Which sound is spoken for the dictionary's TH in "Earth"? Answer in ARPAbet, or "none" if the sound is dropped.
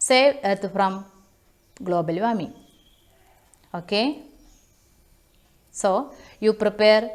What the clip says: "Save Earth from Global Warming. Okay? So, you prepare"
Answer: T